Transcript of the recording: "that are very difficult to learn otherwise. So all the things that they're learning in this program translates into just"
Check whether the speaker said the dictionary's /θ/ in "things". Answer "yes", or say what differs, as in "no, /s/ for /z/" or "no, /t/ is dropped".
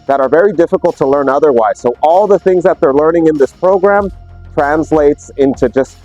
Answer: yes